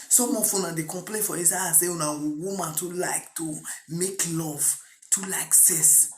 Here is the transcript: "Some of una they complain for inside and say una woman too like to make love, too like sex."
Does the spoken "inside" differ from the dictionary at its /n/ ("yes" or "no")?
yes